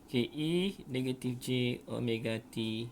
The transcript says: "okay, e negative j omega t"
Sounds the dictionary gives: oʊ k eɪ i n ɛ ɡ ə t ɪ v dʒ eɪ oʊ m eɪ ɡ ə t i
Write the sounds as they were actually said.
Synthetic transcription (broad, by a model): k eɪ i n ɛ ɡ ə t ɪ f dʒ eɪ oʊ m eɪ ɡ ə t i